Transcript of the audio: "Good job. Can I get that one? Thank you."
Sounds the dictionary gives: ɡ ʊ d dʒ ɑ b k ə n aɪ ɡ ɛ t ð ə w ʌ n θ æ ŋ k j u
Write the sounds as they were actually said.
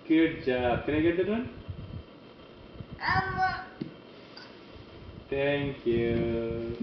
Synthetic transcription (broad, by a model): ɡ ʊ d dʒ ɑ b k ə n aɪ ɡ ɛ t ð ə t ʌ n t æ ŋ k j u